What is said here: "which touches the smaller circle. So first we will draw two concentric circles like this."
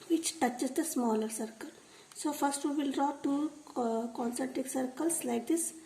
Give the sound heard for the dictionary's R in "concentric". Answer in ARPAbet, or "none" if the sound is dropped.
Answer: none